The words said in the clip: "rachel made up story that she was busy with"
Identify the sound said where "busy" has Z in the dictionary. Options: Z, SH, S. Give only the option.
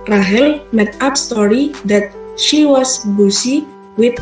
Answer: S